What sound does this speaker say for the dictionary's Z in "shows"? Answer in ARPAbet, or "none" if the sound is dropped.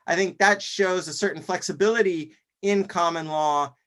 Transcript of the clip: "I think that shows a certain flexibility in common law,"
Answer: Z